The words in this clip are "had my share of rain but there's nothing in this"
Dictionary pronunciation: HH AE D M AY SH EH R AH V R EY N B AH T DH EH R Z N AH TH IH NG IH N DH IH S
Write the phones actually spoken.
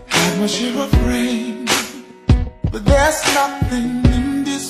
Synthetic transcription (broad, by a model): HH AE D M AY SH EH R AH F R EY N B AH T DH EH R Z N AH TH IH NG IH N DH IH S